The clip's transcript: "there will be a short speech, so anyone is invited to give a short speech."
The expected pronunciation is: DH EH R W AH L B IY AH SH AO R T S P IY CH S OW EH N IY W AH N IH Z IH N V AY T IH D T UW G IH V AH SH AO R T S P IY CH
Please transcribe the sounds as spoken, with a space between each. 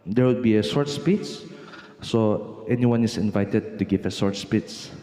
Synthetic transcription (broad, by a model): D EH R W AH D B IY AH S AO R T S P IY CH S OW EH N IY W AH N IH S IH N V AY T IH D T UW G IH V AH S AO R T S P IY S